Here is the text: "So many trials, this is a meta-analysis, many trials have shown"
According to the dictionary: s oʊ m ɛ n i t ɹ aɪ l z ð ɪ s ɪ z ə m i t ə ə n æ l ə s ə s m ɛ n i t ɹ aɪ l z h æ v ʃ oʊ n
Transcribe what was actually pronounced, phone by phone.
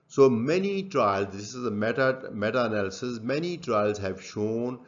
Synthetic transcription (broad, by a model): s oʊ m ɛ n i t ɹ aɪ l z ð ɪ s ɪ z ə m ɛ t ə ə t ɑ n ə s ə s m ɛ n i t ɹ aɪ l z h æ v ʃ oʊ n